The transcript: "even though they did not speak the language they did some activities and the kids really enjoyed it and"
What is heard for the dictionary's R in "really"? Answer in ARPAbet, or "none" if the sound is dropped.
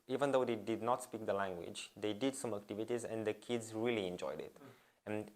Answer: R